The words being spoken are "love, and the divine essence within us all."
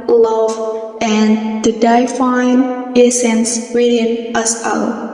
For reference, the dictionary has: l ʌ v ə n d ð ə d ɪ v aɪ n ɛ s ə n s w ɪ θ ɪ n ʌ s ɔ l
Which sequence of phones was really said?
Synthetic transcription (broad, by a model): l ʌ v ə n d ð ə d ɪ f aɪ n ɛ s ə n s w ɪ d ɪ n ʌ s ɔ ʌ